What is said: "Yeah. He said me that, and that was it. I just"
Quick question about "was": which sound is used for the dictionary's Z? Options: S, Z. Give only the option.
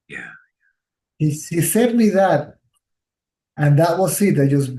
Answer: S